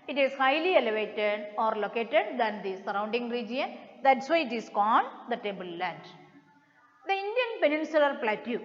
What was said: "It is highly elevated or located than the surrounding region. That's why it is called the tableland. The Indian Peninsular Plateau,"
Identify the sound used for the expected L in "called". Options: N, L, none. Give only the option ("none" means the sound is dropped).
N